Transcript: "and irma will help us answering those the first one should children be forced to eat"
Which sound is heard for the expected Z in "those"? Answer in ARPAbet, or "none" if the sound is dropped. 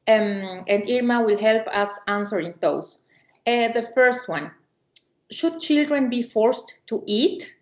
S